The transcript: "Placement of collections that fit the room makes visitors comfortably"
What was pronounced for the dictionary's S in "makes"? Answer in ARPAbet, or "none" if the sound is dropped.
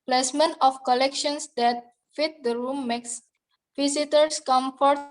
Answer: S